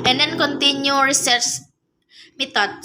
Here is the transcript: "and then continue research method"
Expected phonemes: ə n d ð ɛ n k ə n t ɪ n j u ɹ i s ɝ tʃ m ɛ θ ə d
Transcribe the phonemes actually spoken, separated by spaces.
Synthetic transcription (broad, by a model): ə n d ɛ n k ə n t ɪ n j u ɹ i s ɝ s m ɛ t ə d